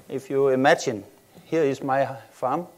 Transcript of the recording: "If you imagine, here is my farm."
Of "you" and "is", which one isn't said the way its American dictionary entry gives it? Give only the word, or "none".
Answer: is